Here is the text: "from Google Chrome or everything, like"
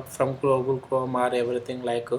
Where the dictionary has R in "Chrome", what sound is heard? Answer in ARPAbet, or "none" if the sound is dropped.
none